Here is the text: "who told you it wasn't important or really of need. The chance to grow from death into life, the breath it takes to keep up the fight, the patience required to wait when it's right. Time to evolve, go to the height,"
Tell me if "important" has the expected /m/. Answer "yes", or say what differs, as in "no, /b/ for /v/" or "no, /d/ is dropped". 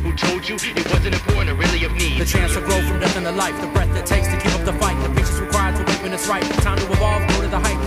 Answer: no, /m/ is dropped